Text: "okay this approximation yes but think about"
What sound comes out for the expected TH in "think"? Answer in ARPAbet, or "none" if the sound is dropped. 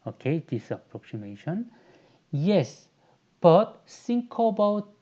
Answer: S